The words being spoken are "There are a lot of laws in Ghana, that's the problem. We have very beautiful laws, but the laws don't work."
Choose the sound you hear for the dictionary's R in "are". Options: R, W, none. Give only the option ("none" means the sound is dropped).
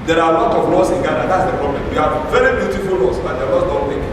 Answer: W